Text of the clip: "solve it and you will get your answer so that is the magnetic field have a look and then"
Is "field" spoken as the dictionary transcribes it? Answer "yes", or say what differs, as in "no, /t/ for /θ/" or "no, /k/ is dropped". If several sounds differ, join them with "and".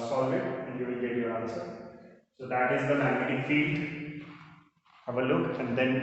yes